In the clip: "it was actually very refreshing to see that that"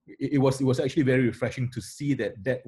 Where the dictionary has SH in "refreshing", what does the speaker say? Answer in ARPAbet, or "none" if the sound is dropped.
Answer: SH